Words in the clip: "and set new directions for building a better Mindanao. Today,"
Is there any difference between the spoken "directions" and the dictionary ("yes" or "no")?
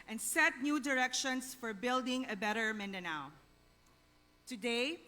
yes